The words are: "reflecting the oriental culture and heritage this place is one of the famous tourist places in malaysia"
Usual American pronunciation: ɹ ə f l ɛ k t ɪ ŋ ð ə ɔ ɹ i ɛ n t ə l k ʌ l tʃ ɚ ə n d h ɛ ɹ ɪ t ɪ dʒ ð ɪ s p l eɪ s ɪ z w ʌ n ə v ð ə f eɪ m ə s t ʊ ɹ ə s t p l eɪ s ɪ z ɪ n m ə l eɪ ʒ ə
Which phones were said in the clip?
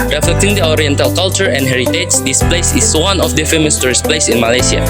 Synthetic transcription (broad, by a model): ɹ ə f l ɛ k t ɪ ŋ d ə ɔ ɹ i ɛ n t ə l k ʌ l tʃ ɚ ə n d h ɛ ɹ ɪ t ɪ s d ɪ s p l eɪ s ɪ s w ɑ n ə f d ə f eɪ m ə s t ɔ ɹ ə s p l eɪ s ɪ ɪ n m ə l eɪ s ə